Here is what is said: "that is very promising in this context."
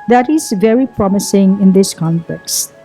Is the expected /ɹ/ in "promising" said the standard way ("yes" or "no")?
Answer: yes